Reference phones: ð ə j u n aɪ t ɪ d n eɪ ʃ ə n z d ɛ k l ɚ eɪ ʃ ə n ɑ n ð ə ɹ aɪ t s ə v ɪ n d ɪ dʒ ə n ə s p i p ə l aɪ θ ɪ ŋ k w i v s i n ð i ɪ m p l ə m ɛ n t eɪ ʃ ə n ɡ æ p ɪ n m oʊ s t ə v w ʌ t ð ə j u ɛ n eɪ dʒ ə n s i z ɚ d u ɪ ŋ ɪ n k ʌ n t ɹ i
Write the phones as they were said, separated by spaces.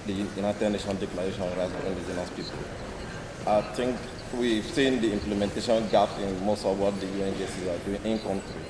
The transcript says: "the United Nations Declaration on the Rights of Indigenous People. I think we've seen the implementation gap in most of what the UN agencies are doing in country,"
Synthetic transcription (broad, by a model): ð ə j u n aɪ t ɪ d n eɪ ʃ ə n d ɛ k l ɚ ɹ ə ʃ ɑ n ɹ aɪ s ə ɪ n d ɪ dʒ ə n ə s p i p ə l aɪ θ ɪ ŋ k w i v s i n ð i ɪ m p l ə m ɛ n t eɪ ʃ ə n ɡ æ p ɪ n m oʊ s t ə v w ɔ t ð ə j u ɛ n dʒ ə s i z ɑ d u ɪ ŋ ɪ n k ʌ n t ɹ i